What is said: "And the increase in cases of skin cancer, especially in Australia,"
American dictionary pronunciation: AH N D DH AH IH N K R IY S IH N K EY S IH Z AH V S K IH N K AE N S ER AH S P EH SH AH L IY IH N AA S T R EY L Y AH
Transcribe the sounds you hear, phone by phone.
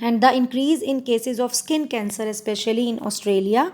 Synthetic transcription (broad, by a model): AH N D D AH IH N K R IY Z IH N K EY S IH Z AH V S K IH N K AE N S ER AH S P EH SH AH L IY IH N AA S T R EY L Y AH